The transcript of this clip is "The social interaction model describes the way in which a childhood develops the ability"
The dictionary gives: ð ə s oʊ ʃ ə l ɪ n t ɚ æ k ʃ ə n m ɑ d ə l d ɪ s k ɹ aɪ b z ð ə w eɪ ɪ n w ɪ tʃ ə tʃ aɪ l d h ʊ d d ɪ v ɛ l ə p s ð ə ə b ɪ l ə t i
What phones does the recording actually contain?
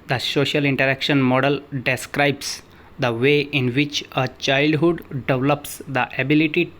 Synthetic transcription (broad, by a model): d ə s oʊ ʃ ə l ɪ n t ɚ æ k ʃ ə n m ɑ d ə l d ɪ s k ɹ aɪ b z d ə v eɪ ɪ n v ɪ tʃ ə tʃ aɪ l d h ʊ d d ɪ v l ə p s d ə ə b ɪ l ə t i